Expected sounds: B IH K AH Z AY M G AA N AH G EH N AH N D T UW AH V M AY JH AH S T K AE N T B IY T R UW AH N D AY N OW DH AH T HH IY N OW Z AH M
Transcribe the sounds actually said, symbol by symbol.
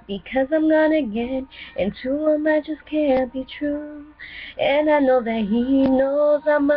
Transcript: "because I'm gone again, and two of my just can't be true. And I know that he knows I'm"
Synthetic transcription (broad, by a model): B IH K AH Z AY M G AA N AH G EH N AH N T UW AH M AY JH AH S K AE N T B IY T R UW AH N AY N OW DH AH T HH IY N OW Z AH M